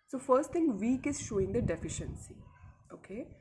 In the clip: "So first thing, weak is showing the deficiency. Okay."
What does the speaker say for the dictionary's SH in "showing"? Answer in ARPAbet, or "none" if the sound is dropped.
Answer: SH